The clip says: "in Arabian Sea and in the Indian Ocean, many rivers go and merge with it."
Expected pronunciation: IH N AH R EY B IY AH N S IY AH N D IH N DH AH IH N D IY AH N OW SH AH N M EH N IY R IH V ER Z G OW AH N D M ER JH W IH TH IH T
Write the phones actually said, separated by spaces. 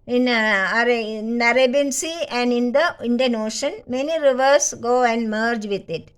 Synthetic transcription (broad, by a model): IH N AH R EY B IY N S IY AH N D IH N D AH IH N D IY AH N OW SH AH N M EH N IY R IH V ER S G OW AH N D M ER JH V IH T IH T